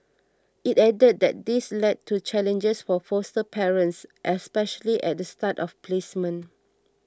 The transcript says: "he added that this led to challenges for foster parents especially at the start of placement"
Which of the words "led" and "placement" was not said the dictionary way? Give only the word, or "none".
placement